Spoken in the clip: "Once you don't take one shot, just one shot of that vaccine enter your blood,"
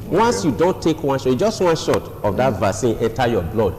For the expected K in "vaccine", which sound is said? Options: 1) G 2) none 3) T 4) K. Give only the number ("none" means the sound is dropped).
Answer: 2